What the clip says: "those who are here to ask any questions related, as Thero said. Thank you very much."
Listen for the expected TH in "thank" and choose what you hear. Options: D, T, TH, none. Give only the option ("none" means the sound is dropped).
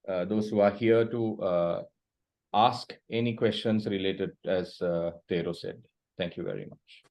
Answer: T